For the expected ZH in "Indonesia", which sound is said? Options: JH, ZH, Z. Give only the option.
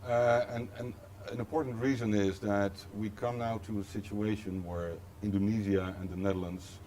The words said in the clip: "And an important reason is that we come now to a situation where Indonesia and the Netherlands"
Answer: Z